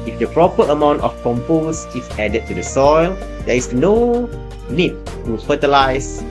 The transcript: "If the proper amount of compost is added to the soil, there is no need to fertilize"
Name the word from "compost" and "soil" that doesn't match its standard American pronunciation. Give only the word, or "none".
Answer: compost